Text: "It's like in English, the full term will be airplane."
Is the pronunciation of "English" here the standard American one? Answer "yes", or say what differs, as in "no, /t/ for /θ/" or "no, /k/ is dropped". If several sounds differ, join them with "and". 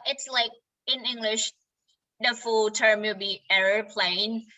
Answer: yes